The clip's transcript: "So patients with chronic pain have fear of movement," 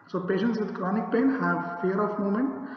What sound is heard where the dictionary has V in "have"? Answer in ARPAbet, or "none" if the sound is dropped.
V